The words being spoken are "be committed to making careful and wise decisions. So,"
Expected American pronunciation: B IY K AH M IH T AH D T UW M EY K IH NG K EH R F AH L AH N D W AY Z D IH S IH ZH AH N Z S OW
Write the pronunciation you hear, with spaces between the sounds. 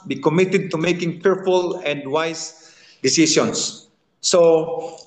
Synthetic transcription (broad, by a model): B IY K AH M IH T AH D T UW M EY K IH NG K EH R F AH L AH N D W AY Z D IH S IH S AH N S OW